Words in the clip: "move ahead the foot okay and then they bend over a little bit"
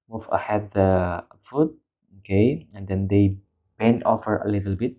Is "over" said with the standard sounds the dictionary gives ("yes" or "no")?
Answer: no